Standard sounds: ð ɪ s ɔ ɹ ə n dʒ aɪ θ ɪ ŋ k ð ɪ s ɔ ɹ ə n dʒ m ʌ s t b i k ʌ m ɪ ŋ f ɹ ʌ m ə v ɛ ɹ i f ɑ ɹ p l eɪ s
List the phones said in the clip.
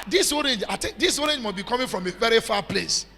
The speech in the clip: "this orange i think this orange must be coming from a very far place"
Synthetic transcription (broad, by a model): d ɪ s ɔ ɹ ə n dʒ aɪ t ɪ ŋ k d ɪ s ɔ ɹ ə n dʒ m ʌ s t b i k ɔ m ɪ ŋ f ɹ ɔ m ə v ɛ ɹ i f ɑ p l eɪ s